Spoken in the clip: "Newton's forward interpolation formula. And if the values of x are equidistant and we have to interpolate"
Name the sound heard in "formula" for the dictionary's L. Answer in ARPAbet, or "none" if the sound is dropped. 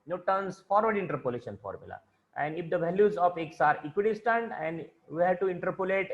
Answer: L